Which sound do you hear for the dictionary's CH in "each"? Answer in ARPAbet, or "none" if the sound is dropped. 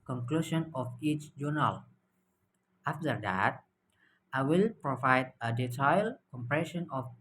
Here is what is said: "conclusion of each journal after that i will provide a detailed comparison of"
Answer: CH